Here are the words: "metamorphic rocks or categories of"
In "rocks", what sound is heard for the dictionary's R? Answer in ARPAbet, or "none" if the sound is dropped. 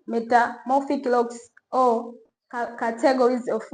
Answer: L